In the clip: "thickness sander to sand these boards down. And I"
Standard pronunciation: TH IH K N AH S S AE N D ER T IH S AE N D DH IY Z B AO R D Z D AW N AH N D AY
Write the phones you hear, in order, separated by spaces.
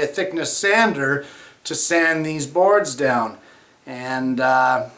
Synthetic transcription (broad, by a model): TH IH K N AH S S AE N D ER T IH S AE N DH IY Z B AO R D Z D AW N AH N